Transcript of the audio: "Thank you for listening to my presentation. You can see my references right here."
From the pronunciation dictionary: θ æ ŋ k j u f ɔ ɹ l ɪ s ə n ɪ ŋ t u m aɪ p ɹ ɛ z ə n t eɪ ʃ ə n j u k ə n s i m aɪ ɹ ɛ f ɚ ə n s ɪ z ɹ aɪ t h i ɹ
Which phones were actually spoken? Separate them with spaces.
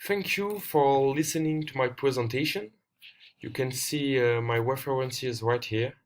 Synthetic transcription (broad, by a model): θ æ ŋ k j u f ɔ ɹ l ɪ s ə n ɪ ŋ t u m aɪ p ɹ ɛ z ə n t eɪ ʃ ə n j u k ə n s i m aɪ w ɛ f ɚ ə n s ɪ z ɹ aɪ t h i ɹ